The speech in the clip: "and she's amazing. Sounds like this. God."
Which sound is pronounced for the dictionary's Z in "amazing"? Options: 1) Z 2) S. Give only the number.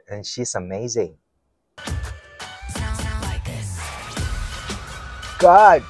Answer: 1